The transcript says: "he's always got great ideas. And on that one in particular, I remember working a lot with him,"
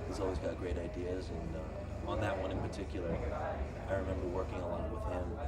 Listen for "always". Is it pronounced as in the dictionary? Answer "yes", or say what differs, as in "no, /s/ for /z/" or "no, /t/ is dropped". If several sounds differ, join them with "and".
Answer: yes